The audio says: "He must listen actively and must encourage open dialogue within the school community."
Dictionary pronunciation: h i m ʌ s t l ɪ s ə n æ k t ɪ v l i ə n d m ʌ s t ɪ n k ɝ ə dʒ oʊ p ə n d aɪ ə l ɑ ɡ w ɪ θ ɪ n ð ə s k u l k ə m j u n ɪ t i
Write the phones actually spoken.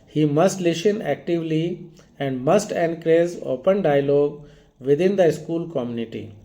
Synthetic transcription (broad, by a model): h i m ʌ s t l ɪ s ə n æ k t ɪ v l i ə n d m ʌ s t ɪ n k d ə z oʊ p ə n d aɪ ə l ɑ ɡ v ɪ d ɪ n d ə s k u l k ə m j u n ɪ t i